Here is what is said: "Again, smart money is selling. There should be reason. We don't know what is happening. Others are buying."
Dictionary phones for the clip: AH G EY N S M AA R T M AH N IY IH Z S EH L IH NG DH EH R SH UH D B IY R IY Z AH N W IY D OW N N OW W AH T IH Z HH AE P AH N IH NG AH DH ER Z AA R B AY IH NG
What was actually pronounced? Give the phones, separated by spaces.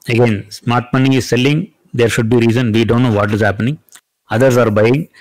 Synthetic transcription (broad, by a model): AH G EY N S M AA R T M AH N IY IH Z S EH L IH NG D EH R SH UH D B IY R IY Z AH N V IY D OW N N OW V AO T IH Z HH AE P AH N IH NG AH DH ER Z AA R B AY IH NG